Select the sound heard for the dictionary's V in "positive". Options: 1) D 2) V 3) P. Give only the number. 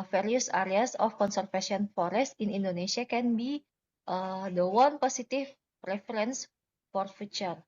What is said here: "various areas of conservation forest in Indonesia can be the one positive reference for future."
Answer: 3